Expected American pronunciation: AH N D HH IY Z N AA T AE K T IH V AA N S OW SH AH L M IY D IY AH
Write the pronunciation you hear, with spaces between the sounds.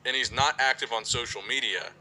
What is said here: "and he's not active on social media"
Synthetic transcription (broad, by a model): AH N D HH IY Z N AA T AE K T IH V N S OW SH L M IY D IY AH